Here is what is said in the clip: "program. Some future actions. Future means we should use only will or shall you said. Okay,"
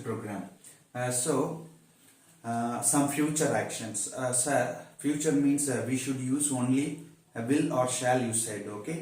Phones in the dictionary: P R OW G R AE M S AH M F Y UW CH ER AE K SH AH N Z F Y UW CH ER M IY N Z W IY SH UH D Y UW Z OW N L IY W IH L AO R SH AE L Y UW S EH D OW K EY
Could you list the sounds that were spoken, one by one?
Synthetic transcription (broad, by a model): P R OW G R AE M S AH M F Y UW CH ER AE K SH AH N S F Y UW CH ER M IY N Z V IY SH UH D Y UW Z OW N L IY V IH L AO R SH AE L Y UW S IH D OW K EY